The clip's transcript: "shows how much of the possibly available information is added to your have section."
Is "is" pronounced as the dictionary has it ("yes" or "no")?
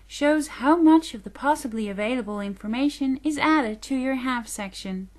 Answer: yes